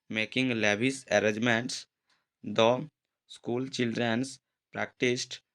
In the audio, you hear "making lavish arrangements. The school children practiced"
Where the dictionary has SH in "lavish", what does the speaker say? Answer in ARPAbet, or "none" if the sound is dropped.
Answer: S